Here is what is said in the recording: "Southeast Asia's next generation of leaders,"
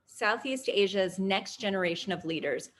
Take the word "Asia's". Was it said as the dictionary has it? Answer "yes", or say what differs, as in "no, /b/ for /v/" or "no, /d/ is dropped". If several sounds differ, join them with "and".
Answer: yes